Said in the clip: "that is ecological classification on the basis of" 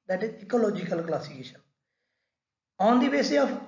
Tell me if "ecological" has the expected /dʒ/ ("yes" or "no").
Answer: yes